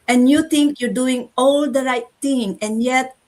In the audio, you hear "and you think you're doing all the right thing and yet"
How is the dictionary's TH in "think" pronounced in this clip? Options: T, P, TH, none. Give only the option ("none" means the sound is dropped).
T